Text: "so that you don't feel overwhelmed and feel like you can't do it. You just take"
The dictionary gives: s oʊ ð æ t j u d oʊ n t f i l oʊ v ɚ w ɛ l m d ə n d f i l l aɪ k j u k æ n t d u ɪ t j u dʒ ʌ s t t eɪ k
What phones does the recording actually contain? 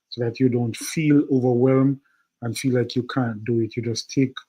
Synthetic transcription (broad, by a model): s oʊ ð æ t j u d oʊ n t f i l oʊ v ɚ w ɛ l m ə n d f i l l aɪ k j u k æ n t d u ɪ t j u dʒ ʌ s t t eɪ k